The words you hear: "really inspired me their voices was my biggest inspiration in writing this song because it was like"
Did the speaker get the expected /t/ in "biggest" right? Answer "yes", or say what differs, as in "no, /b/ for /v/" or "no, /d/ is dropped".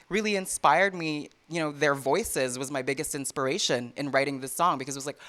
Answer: yes